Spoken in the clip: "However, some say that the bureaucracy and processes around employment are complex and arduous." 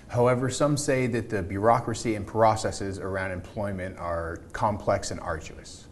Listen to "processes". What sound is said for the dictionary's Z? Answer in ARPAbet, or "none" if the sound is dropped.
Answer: Z